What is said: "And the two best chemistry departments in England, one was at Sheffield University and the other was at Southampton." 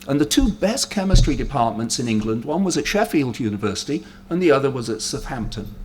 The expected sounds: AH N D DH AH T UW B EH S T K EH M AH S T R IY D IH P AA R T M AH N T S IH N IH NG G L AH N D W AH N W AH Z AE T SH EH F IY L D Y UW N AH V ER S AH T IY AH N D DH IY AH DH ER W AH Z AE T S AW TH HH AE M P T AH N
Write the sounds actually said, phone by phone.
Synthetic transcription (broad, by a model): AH N DH AH T UW B EH S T K EH M AH S T R IY D IH P AA R T M AH N T S IH N IH NG G L AH N D W AH N W AH Z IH T SH EH F IY L D Y UW N AH V ER S AH T IY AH N DH IY AH DH ER W AH Z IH T S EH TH HH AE M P T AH N